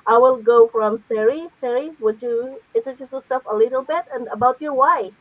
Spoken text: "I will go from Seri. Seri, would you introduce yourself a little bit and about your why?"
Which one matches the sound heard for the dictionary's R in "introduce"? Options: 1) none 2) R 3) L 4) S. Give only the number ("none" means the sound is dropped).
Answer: 1